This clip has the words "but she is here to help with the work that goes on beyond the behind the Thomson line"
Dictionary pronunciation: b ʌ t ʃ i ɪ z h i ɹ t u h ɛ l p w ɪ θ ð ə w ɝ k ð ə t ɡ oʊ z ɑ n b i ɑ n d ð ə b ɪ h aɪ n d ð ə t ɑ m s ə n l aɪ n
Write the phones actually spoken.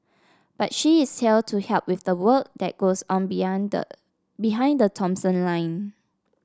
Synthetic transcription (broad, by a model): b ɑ t ʃ i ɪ s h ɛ l t u h ɛ l p w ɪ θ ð ə w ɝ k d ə t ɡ oʊ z ɑ n b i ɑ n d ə b ɪ h aɪ n d ə t ɑ m s ə n l aɪ n